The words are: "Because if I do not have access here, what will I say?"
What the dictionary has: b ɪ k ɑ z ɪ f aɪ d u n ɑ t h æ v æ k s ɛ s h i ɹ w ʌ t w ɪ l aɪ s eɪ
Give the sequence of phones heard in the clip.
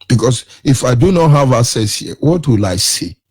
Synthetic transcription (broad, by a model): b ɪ k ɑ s ɪ f aɪ d u n ɑ t h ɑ v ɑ s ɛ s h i w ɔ t w ɪ l aɪ s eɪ